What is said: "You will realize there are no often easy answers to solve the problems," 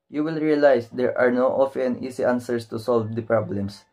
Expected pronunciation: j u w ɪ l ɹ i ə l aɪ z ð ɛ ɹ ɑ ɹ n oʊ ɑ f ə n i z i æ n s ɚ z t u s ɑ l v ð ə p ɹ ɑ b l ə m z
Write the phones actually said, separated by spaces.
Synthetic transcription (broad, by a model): j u w ɪ l ɹ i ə l aɪ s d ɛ ɹ ɑ ɹ n oʊ ɑ f ə n i s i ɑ n s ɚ s t u s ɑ l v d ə p ɹ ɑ b l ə m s